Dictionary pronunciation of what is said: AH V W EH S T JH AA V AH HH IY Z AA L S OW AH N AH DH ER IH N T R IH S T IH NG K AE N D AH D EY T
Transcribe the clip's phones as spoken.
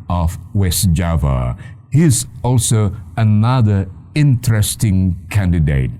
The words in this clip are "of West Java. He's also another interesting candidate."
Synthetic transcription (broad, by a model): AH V W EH S JH AA V AH HH IY Z AA L S OW AH N AH DH ER IH N T R IH S T IH NG K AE N D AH D EY T